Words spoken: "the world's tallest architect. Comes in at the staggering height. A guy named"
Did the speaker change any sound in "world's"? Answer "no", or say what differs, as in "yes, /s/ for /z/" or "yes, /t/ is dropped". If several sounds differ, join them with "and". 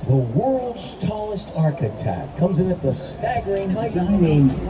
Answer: no